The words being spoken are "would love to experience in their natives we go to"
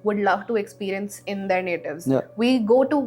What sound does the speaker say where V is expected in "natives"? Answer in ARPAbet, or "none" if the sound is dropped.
V